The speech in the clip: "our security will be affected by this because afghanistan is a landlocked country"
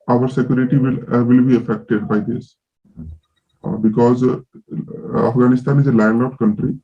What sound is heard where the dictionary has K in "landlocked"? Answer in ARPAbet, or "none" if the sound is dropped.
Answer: none